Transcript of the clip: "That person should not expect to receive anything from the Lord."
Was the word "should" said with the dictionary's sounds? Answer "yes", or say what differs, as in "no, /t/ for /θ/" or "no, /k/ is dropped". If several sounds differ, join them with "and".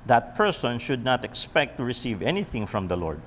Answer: yes